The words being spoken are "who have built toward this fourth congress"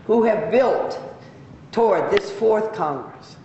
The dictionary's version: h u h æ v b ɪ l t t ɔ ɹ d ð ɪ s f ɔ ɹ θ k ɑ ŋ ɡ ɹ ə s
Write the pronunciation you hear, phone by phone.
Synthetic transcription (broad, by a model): h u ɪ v b ɪ l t t ɔ ɹ d ð ɪ s f ɔ ɹ θ k ɑ ŋ ɡ ɹ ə s